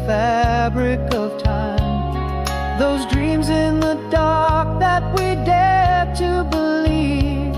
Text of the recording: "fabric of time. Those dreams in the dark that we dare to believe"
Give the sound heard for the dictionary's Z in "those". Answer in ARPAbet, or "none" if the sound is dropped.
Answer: Z